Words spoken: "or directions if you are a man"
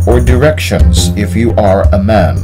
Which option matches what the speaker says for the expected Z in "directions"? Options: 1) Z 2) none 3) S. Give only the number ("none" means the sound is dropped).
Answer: 1